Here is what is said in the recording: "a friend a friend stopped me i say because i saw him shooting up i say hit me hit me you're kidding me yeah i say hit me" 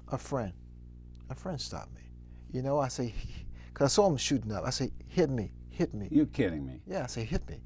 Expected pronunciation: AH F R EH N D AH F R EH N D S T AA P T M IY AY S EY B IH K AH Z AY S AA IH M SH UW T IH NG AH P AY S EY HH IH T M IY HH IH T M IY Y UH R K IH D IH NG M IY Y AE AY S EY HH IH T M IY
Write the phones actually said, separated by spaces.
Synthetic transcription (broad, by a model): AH F R EH N D AH F R EH N D S T AA P M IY AY S EY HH K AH S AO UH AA IH M SH UW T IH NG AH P AY S EY HH IH T M IY HH IH T M IY Y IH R K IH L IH NG M IY Y AE AY S EY HH IH T M IY